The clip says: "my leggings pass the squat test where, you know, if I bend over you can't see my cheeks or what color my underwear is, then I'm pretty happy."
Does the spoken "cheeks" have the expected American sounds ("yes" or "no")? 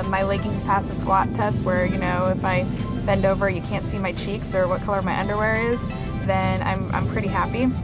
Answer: yes